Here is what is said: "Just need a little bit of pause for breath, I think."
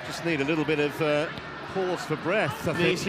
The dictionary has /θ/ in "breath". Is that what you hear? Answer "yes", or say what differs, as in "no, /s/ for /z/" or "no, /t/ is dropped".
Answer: yes